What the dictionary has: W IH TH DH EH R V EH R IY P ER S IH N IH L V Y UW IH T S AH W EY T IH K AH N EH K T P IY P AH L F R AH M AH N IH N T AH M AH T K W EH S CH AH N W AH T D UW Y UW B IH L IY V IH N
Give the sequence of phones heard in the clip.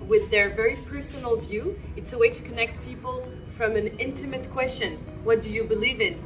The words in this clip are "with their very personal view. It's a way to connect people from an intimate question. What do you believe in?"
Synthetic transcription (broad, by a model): W IH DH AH R V EH R IY P ER S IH N L V Y UW IH T S AH W EY T IH K AH N EH K T P IY P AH L F R AH M AH N IH N T AH M AH T K W EH S CH AH N W AH T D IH Y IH B IH L IY V IH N